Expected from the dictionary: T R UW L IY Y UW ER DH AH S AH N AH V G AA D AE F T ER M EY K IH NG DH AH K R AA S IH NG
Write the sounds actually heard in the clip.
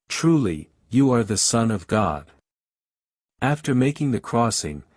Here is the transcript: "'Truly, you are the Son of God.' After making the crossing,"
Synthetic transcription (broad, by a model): T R UW L IY Y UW ER DH AH S AH N AH V G AA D AE F T ER M EY K IH NG DH AH K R AA S IH NG